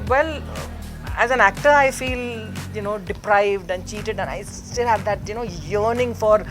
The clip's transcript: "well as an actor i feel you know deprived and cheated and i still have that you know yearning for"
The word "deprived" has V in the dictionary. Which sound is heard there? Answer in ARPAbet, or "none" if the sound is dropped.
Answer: V